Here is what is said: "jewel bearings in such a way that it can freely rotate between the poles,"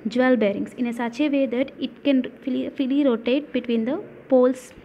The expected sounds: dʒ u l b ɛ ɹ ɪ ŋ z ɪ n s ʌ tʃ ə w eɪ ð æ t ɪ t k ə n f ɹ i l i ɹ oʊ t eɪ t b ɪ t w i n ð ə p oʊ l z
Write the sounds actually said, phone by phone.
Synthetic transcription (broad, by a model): dʒ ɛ l b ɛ ɹ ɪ ŋ s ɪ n s ʌ tʃ ə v eɪ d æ t ɪ t k ə n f i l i ɹ oʊ t eɪ t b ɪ t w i n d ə p oʊ l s